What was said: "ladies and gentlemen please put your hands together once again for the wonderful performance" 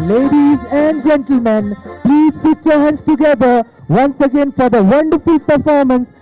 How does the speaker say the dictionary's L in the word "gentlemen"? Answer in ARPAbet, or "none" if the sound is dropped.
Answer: L